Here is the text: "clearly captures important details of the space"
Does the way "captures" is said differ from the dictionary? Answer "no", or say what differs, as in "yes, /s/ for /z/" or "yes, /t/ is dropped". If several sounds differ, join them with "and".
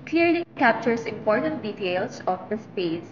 yes, /s/ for /z/